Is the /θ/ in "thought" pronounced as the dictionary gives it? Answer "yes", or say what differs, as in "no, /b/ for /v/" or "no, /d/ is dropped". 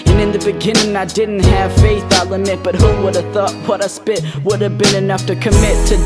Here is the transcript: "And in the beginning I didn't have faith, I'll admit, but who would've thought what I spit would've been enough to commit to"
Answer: yes